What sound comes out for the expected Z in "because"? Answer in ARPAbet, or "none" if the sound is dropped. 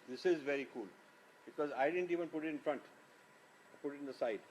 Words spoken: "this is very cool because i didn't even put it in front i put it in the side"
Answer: Z